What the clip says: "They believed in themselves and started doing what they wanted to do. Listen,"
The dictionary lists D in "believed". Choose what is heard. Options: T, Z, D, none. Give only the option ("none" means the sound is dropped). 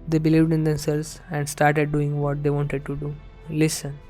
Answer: D